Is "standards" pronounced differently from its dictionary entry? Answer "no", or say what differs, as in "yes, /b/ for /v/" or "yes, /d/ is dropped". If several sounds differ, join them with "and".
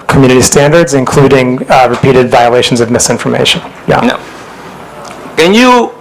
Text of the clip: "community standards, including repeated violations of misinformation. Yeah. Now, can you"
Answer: no